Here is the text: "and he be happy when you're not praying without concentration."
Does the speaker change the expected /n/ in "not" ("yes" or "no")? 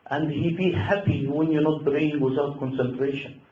no